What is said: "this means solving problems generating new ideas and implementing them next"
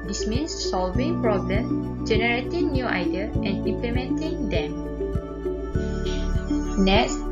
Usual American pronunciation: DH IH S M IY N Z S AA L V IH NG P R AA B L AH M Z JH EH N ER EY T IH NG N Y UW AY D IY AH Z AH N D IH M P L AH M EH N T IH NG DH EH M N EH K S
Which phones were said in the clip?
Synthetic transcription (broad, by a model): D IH S M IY N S S AA L V IH NG P R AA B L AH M JH EH N ER EY T IH NG N Y UW AY D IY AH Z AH N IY M P L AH M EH N T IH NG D EH M N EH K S